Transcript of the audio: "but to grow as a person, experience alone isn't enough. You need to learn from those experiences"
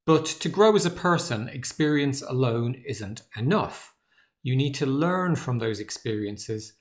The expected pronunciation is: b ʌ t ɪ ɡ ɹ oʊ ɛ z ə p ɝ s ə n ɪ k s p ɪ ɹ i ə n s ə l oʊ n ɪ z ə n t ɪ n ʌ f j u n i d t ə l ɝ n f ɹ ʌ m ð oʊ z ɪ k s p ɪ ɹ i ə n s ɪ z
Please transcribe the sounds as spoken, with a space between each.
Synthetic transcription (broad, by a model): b ʌ t ɪ ɡ ɹ oʊ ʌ z ə p ɝ s ə n ɪ k s p ɪ ɹ i ə n s ə l oʊ n ɪ z ə n t ɪ n ʌ f j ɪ n i d t ə l ɝ n f ɹ ʌ m ð oʊ z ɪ k s p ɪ ɹ i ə n s ɪ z